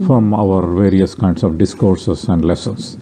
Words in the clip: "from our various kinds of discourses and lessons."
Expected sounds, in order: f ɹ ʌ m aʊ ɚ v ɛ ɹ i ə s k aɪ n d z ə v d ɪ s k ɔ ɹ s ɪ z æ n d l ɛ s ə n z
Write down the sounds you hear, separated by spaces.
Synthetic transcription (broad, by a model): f ɹ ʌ m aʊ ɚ v ɛ ɹ i ə s k aɪ n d s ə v d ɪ s k ɔ ɹ s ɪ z æ n d l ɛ s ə n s